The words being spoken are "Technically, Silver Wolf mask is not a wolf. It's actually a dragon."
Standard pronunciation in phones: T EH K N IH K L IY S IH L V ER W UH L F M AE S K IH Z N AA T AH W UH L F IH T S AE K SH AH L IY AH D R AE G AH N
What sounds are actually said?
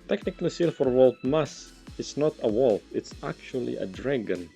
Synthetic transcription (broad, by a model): T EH K N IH K L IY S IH L F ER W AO L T M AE S IH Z N AA T AH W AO L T IH T S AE K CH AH L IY AH D R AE G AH N